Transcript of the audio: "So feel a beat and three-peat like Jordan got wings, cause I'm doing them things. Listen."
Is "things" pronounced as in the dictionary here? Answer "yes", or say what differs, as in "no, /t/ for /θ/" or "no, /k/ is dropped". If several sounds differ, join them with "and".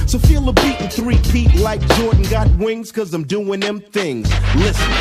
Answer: yes